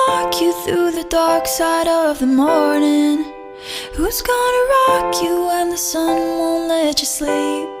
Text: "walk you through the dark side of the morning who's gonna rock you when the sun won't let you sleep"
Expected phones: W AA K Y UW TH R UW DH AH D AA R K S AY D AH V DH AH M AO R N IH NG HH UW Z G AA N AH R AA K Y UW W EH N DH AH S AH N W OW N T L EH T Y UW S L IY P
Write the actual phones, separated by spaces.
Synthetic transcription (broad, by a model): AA K Y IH TH R UW DH AH D AA R K S AY D AH V DH AH M AO R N IH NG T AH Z G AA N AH R AA K Y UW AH N DH AH S AH N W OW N L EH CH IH S L IY P